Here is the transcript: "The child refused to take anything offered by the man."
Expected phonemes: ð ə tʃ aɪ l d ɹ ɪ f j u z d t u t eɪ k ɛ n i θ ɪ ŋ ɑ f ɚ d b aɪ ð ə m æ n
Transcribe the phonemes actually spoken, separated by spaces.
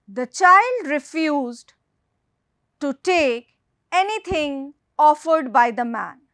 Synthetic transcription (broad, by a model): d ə tʃ aɪ l d ɹ ɪ f j u z d t u t eɪ k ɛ n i t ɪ ŋ ɑ f ɚ d b aɪ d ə m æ n